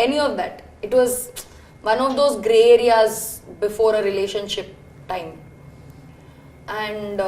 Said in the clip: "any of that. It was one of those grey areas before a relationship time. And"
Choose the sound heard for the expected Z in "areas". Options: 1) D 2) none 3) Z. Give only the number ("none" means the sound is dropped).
3